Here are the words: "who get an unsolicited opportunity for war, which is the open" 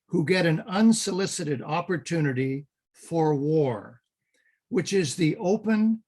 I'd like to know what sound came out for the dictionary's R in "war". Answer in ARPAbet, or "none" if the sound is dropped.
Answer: R